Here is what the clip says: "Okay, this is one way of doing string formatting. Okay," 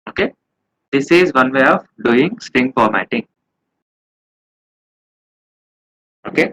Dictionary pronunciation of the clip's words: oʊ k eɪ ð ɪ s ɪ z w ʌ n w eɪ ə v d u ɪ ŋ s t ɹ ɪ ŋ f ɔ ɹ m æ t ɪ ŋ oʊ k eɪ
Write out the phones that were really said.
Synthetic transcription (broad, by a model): oʊ k eɪ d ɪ s ɪ z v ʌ n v eɪ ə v d u ɪ ŋ s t ɪ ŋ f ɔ ɹ m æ t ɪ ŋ oʊ k eɪ